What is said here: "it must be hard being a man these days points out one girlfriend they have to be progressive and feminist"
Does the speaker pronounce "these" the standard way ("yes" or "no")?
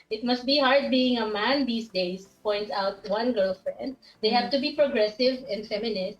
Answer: no